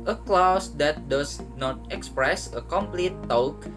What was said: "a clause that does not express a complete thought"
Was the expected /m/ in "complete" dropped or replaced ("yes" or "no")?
no